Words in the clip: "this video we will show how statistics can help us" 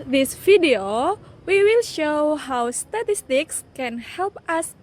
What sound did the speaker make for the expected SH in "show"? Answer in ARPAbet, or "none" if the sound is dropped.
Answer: SH